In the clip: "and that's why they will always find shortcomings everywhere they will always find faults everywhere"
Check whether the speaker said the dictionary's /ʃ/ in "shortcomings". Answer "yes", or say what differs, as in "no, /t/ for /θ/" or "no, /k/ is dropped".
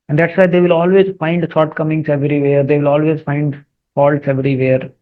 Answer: no, /s/ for /ʃ/